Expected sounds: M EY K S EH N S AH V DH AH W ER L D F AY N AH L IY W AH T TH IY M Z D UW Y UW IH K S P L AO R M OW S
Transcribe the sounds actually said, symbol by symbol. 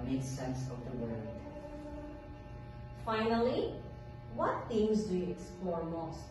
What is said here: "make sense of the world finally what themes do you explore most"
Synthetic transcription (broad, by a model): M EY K S EH N S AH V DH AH W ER D F AY N AH L IY W AH T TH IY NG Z D UW Y UW IH K S P L AO R M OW S